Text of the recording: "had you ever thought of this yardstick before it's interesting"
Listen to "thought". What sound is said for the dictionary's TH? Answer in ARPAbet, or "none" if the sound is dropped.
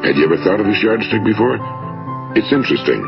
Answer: TH